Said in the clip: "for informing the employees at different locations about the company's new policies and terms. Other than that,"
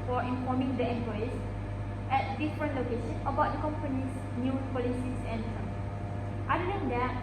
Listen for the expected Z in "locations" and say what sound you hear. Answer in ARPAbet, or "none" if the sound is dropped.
none